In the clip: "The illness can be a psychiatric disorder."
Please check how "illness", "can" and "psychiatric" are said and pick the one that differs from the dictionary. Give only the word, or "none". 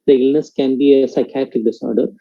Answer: psychiatric